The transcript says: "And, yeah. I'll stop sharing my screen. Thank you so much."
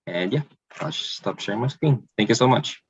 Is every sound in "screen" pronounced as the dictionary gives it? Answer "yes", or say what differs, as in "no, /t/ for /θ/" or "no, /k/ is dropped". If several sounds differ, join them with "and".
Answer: no, /w/ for /ɹ/